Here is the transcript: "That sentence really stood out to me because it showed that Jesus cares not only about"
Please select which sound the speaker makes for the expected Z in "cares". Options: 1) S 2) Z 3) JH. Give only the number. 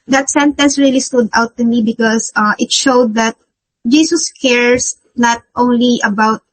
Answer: 1